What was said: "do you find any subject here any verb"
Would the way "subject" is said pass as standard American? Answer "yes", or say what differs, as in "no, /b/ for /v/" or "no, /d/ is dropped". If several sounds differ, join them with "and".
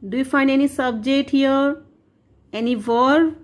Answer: yes